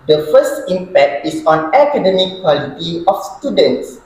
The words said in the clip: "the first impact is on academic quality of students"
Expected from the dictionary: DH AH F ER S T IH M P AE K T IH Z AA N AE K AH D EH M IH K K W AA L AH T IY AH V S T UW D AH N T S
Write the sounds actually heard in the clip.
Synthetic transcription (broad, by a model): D AH F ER S T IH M P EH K T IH S AA N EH K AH D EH M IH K K W AA L AH T IY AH F S T UW D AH N T S